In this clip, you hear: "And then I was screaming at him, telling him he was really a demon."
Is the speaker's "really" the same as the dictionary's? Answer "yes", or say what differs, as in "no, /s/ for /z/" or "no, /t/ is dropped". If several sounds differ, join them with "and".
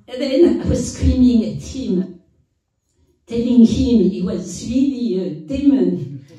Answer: no, /w/ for /ɹ/